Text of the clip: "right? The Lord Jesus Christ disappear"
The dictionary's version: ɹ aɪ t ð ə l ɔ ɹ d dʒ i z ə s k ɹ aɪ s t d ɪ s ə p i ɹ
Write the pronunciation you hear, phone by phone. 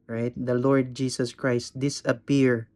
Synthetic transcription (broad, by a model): ɹ aɪ t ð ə l ɔ ɹ d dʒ i s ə s k ɹ aɪ s t d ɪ s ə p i ɹ